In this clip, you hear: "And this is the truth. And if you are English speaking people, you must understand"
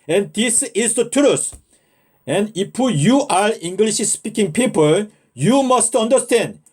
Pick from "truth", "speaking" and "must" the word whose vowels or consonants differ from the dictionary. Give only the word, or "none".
truth